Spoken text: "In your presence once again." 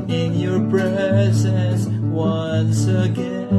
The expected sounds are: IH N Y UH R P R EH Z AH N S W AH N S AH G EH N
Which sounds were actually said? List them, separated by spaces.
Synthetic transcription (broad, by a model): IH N Y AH R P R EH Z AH S W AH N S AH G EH